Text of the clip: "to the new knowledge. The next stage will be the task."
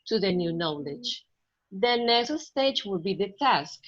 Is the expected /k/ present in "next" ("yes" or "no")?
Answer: no